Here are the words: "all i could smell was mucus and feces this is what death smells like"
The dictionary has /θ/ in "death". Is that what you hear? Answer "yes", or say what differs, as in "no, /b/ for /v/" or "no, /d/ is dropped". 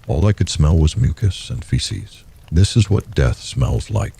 yes